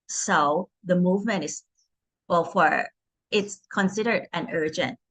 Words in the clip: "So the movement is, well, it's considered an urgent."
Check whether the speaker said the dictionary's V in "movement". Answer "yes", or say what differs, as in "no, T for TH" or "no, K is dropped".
yes